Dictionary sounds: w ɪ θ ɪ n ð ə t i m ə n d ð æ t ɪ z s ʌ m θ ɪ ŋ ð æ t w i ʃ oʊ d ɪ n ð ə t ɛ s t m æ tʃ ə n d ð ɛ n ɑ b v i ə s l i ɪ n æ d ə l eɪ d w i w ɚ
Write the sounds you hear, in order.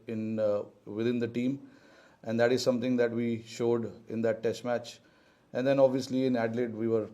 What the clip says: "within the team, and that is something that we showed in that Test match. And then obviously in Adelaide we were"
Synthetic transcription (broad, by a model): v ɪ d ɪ n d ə t i m ə n d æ t ɪ z s ʌ m t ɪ ŋ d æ t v i ʃ oʊ d ɪ n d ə t ɛ s t m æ tʃ ə n d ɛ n ɑ b v i ə s l i ɪ n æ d l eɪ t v i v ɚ